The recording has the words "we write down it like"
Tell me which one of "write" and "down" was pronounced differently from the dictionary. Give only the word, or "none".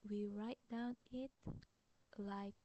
none